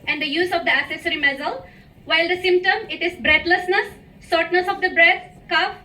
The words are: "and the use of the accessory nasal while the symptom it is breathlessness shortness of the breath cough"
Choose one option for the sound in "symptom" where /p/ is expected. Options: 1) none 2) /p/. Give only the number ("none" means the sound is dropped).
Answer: 2